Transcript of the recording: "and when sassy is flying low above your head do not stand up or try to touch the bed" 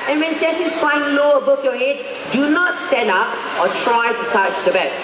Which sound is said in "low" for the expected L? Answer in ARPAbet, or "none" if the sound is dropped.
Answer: L